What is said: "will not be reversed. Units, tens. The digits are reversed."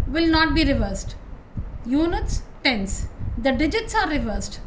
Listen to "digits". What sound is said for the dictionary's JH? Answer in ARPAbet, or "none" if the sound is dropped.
JH